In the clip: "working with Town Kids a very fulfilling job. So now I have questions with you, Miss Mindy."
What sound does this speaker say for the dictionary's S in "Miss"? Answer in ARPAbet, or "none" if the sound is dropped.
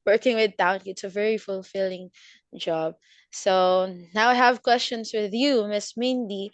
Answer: S